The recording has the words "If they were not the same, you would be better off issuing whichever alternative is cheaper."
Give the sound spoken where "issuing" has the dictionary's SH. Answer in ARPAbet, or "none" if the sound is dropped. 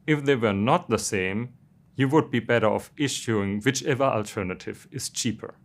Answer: SH